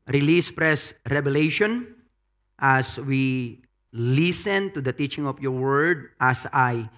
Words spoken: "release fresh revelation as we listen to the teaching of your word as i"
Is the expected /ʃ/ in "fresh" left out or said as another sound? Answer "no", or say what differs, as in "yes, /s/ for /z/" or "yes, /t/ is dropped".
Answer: yes, /s/ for /ʃ/